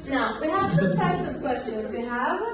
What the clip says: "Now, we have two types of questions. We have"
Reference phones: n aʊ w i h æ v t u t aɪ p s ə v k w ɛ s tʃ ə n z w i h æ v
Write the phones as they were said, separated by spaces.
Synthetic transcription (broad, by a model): n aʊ w i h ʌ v s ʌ t aɪ p s ə v k w ɛ s tʃ ə n z w i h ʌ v